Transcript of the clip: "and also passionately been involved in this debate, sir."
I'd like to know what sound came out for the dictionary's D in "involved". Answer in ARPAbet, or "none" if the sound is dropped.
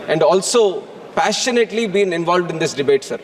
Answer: D